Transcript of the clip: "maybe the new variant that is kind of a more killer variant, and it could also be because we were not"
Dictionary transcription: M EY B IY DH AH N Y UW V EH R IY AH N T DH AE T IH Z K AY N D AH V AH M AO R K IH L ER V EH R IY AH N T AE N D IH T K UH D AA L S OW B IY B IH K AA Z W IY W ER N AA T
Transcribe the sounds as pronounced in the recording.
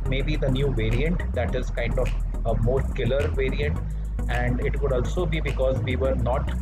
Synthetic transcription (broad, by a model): M EY B IY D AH N Y UW V EH R IY AH N T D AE T IH Z K AY N D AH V AH M AO R K IH L ER V EH R IY AH N T AE N D IH T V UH D AA L S OW B IY B IH K AA Z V IY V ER N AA T